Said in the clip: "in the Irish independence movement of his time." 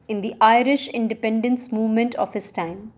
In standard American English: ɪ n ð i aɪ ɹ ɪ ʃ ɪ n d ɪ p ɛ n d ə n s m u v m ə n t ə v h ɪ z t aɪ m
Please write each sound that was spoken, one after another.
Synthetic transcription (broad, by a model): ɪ n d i aɪ ɹ ɪ ʃ ɪ n d ɪ p ɛ n d ə n s m u v m ə n t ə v h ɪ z t aɪ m